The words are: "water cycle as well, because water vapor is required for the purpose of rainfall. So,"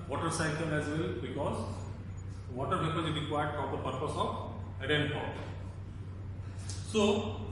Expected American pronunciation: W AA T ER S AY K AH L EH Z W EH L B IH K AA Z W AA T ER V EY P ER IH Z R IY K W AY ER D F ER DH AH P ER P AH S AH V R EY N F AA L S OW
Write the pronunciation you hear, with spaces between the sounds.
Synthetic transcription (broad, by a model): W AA T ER S AY K AH L EH Z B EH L B IH K AA Z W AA T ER P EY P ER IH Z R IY K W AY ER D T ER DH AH P ER P AH S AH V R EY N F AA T S OW